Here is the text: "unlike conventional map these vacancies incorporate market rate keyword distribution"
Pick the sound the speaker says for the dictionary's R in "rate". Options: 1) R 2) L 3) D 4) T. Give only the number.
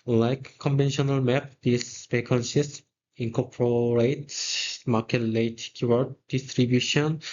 2